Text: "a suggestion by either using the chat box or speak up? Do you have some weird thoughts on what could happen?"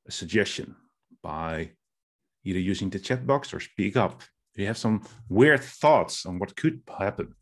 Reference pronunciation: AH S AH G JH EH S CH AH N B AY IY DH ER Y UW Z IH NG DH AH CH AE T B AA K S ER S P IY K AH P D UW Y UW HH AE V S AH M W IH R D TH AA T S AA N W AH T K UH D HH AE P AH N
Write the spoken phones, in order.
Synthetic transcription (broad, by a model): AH S AH G JH EH S CH AH N B AY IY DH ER Y UW Z IH NG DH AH CH AE T B AA K S ER S P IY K AH P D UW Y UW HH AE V S AH M W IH R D TH AA T S N W AH T K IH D HH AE P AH N